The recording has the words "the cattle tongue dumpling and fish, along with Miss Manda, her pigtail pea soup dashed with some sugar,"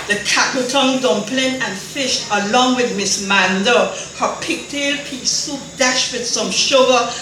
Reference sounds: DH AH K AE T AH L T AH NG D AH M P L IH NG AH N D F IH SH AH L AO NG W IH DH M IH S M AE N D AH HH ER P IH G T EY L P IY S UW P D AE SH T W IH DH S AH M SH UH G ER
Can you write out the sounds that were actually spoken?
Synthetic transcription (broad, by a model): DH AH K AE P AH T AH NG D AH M P L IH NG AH N F IH SH AH L AO NG W IH DH M IH S M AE N D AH HH ER P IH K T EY L P IY S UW D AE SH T W IH DH S AH M SH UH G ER